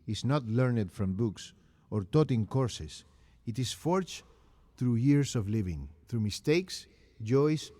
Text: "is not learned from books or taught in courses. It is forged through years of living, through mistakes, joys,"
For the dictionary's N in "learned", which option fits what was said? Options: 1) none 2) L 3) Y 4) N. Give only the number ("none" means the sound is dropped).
4